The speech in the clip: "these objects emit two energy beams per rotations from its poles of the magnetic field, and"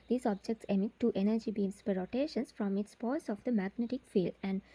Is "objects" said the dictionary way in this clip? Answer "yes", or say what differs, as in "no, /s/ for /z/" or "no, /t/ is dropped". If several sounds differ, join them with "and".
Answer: yes